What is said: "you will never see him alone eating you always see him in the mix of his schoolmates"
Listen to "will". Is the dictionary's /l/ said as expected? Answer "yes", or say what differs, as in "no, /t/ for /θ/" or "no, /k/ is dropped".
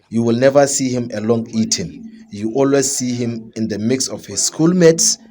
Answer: yes